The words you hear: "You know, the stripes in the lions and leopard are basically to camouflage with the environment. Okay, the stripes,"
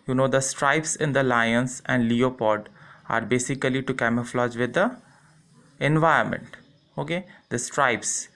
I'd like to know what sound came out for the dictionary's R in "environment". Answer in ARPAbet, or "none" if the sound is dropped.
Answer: none